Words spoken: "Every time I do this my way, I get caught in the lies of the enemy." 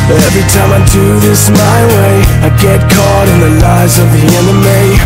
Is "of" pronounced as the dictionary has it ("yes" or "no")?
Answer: yes